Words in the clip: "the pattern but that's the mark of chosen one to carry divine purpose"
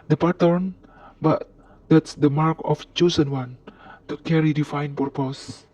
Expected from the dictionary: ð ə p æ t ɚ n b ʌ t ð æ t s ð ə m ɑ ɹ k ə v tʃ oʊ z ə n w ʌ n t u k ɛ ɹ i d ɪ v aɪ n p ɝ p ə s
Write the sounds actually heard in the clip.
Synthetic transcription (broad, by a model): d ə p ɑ t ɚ n b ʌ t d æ t s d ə m ɑ ɹ k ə f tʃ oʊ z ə n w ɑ n t u k ɛ ɹ i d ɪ f aɪ n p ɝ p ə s